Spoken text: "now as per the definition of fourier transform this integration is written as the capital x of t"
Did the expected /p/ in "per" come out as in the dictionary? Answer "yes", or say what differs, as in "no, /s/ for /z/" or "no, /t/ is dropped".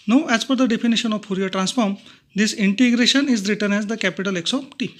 no, /f/ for /p/